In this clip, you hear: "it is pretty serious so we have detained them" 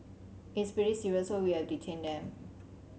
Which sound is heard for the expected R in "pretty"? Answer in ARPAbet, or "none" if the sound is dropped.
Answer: none